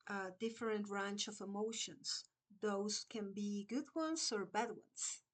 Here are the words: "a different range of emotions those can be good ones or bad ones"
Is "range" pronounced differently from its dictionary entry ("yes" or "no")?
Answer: yes